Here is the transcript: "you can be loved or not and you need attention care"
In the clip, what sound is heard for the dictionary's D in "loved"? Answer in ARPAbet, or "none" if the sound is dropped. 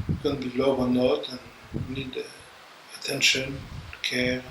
none